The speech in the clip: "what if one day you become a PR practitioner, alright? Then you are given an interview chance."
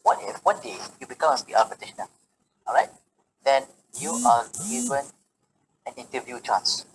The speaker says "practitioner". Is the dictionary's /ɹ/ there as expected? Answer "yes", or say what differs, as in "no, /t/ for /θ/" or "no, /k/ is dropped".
no, /ɹ/ is dropped